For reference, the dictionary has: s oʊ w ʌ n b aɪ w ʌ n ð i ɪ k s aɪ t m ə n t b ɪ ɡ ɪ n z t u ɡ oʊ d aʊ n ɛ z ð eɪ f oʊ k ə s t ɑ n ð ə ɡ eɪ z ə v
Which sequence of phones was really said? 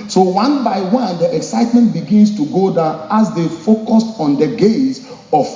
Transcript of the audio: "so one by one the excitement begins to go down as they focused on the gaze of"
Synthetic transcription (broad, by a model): s oʊ w ʌ n b aɪ w ʌ n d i ɪ k s aɪ t m ə n t b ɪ ɡ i n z t u ɡ oʊ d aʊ ɑ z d eɪ f oʊ k ə s t ɑ n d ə ɡ eɪ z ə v